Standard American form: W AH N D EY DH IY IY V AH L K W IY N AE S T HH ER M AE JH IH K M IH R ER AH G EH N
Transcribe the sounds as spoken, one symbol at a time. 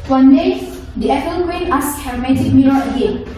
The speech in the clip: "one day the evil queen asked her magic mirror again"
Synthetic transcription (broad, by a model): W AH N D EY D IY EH P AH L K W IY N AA S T HH ER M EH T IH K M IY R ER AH G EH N